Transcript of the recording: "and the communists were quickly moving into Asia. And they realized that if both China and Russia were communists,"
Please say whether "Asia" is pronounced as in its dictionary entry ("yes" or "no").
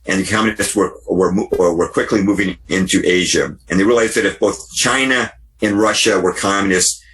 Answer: yes